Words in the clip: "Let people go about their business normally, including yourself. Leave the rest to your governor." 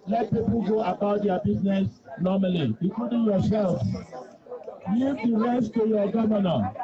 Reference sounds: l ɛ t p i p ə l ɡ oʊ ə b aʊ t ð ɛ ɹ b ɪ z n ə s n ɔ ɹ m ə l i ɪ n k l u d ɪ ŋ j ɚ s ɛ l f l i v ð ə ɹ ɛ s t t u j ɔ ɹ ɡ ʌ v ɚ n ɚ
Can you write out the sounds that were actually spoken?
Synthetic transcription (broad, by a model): l ɛ t p i p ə l ɡ oʊ ə b aʊ t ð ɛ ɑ b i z n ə s n ɔ m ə l i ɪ k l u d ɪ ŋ j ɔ s ɛ l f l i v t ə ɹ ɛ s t t u j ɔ ɡ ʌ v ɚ n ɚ